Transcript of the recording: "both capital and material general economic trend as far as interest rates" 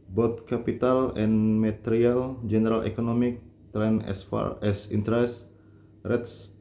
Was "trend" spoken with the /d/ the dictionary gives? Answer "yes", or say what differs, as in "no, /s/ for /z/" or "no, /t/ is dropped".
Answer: no, /d/ is dropped